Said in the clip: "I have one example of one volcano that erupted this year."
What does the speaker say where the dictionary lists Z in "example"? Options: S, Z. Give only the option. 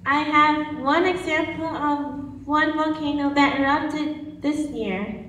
Z